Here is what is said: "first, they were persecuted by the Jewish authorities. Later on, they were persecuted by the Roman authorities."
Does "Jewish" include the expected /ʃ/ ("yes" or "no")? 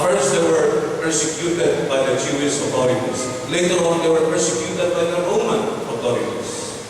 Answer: no